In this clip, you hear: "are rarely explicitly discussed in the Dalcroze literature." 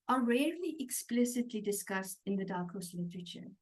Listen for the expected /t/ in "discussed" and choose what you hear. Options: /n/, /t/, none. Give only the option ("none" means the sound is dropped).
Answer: /t/